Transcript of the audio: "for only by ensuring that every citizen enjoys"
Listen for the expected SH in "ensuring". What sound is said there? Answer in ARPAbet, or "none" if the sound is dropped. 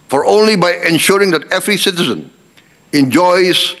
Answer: SH